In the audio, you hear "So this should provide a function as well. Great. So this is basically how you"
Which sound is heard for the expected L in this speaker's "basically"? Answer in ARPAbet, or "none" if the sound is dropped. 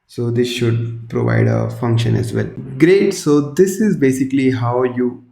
L